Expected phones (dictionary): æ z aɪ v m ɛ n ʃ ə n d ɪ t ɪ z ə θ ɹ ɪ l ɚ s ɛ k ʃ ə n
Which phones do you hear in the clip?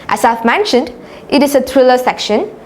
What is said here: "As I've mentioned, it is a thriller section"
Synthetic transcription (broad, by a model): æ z aɪ v m ɛ n ʃ ə n d ɪ t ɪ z ə t ɹ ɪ l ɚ s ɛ k ʃ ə n